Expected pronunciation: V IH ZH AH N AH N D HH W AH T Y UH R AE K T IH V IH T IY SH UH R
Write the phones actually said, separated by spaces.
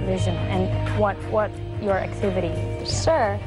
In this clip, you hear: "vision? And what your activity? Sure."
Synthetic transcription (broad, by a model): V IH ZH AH N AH N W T W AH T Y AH R AE K T IH V IH T IY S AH R